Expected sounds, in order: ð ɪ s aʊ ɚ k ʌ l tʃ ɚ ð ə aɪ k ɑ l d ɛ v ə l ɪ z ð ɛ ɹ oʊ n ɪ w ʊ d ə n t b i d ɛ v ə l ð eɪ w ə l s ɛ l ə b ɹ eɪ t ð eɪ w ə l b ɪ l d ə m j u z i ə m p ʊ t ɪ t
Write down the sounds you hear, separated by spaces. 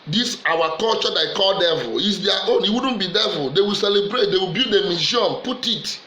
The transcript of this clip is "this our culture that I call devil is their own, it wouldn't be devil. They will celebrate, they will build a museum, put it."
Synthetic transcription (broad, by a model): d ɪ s aʊ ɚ k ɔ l tʃ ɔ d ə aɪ k ɑ l d ɛ v ə l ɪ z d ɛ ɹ oʊ n ɪ w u d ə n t b i d ɛ v ə l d eɪ w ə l s ɛ l ə b ɹ eɪ t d eɪ w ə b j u d ə m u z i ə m p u t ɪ t